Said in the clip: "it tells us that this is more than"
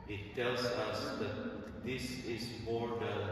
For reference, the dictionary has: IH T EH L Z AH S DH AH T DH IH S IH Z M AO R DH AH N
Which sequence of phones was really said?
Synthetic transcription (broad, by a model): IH T EH L Z AH S DH AH T DH IH S IH Z M AO R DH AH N